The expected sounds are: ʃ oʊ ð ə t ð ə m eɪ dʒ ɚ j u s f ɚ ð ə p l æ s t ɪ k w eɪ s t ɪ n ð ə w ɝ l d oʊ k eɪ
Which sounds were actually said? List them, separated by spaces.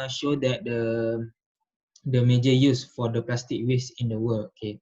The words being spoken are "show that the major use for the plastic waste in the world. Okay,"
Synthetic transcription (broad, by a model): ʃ oʊ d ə t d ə m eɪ dʒ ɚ j u s f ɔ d ə p l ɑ s t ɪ k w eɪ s ɪ n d ə w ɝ l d oʊ k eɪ